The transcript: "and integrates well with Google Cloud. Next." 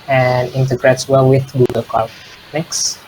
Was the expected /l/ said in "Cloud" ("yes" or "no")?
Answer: no